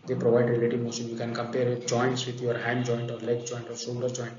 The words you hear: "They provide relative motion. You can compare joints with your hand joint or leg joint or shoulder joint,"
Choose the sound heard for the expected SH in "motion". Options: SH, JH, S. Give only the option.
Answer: S